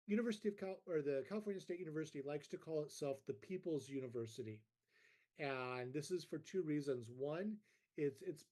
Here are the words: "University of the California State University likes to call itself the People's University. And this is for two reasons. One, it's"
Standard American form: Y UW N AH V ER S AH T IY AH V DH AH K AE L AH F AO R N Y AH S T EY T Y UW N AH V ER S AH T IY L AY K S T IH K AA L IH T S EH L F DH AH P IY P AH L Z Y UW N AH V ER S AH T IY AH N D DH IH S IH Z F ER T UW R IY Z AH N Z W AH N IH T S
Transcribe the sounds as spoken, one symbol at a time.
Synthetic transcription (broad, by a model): Y UW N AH V ER S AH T IY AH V DH AH K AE L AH F AO R N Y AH S T EY T Y UW N AH V ER S AH T IY L AY K S T IH K AA L IH T S EH L F DH AH P IY P L Z Y UW N AH V ER S AH T IY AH N DH IH S IH Z F ER T UW R IY Z AH N Z W AH N IH T S